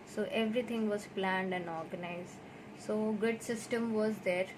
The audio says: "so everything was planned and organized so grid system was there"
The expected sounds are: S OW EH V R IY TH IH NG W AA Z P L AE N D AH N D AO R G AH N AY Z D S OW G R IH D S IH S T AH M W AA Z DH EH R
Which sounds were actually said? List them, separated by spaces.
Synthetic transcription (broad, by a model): S OW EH V R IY T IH NG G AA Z P L AE N D AH N D AO R G AH N AY Z D S OW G IH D S IH S T AH M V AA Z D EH R